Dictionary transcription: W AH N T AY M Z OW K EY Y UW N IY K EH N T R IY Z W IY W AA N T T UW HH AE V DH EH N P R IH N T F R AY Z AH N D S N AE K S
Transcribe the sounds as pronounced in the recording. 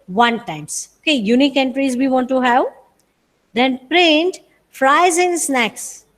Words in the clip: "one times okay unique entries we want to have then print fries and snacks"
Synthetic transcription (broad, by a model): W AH N T AY M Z OW K EY Y UW N IY K EH N T R IY Z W IY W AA N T T UW HH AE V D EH N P R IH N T F R AY Z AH N S N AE K S